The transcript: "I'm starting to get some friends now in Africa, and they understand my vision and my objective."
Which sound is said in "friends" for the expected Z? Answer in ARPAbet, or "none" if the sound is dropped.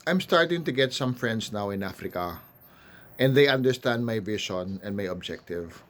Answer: S